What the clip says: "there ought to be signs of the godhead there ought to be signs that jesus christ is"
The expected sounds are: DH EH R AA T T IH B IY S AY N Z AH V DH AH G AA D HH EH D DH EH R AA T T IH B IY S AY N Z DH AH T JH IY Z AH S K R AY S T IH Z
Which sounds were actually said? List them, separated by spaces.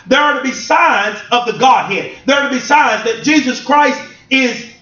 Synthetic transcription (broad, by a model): DH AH R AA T T IH B IY S AY N Z AH V DH AH G AA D HH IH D DH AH R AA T T IH B IY S AY N Z DH AH T JH IY Z AH S K R AY S T IH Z